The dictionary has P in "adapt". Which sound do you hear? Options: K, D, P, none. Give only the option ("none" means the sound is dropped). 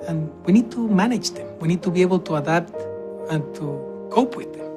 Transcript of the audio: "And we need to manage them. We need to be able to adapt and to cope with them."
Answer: none